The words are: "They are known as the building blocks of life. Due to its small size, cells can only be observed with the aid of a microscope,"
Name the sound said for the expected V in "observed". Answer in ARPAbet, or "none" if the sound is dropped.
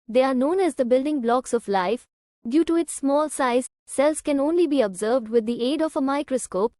V